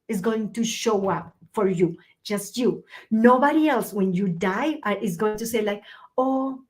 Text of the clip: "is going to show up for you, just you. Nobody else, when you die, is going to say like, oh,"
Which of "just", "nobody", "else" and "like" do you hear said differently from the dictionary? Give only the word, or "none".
none